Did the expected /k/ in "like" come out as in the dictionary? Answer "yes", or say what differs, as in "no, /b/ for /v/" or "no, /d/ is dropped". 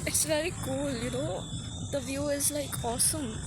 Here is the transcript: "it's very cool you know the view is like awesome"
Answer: yes